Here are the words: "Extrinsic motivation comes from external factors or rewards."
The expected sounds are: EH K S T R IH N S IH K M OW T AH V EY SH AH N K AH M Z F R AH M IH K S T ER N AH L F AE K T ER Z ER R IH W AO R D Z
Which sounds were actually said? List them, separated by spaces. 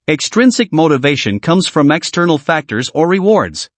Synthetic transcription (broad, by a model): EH K S T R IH N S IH K M OW T AH V EY SH AH N K AH M Z F R AH M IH K S T ER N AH L F AE K T ER Z ER R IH W AO R D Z